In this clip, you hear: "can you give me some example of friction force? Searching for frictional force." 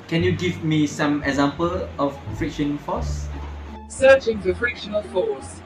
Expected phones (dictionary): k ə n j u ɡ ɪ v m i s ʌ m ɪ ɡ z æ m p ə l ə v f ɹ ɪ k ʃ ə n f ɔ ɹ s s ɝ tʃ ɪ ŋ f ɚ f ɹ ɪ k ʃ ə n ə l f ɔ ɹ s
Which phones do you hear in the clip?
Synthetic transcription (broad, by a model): k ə n j u ɡ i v m i s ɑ m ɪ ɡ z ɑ m p ə l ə f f ɹ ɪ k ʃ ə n f ɔ s s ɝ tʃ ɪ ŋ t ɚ f ɹ ɪ k ʃ ə n ə l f ɔ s